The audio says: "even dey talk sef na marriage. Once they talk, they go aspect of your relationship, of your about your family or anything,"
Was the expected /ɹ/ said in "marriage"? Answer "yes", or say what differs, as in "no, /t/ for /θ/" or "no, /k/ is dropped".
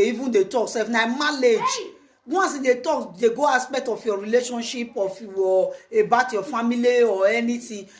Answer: no, /l/ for /ɹ/